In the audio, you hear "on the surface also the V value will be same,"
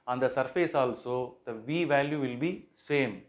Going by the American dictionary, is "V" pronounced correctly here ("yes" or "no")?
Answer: yes